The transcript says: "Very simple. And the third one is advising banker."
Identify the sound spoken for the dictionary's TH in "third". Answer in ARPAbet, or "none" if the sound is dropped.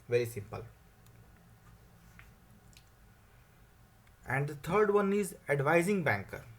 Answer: T